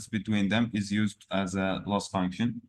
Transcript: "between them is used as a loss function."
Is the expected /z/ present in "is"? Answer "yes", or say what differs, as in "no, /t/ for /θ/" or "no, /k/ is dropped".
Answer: yes